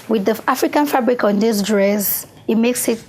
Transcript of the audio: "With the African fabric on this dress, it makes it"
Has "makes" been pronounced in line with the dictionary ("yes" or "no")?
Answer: yes